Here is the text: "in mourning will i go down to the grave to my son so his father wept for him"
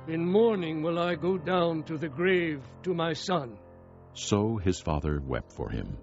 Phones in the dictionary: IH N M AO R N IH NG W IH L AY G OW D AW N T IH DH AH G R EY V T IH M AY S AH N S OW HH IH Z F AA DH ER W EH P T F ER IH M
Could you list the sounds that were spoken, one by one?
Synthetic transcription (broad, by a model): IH N M AO R N IH NG W IH L AY G OW D AW N T IH DH AH G R EY V T IH M AY S AH N S OW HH IH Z F AA DH ER W EH P T F ER IH M